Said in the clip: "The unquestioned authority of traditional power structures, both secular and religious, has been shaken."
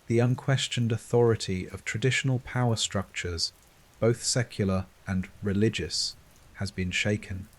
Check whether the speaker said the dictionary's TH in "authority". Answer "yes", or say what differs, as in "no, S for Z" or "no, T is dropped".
yes